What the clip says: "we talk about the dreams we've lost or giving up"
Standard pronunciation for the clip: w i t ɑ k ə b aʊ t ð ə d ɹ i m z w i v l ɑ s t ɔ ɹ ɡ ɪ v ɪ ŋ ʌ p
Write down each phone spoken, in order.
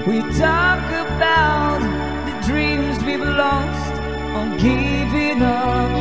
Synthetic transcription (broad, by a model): w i t ɑ k ə b aʊ t ð ə d ɹ i m z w i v l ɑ s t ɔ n ɡ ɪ v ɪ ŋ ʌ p